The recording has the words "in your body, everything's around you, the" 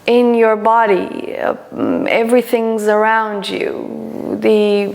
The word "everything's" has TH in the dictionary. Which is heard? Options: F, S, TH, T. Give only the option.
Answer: TH